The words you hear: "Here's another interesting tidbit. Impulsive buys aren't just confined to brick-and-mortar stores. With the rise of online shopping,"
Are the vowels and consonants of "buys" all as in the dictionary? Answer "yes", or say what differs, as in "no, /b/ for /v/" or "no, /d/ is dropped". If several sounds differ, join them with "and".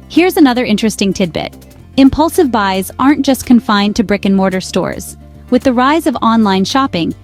yes